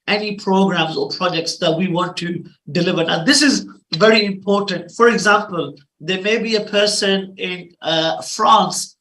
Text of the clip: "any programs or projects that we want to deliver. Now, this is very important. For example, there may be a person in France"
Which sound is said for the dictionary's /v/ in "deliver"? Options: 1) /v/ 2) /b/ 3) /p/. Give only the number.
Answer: 1